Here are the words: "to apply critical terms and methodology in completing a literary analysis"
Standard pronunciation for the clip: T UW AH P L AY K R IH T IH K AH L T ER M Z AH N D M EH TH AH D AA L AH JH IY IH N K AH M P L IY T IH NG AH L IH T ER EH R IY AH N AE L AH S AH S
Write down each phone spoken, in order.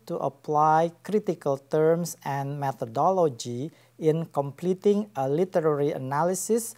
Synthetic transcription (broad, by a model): T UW AH P L AY K R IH T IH K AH L T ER M S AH N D M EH T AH D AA L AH JH IY IH N K AH M P L IY T IH NG AH L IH T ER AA R IY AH N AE L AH S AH S